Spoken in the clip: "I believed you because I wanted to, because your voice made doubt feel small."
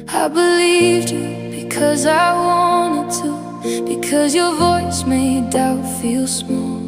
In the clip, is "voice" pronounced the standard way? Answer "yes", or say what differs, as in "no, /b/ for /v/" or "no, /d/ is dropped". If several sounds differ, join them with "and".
yes